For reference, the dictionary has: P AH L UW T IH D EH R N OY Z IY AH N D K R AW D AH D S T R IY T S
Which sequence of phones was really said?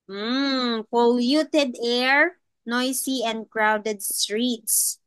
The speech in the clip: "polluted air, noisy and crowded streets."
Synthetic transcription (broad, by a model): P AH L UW T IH D EH R N OY S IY AH N D K R AW D AH D S T R IY T S